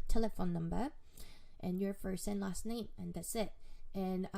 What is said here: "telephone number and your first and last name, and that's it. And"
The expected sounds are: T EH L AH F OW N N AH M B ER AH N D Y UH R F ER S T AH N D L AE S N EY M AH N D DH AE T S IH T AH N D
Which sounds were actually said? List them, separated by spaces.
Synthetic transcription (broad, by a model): T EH L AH F OW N N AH M B ER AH N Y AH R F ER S AH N L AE S N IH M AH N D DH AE T S IH T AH N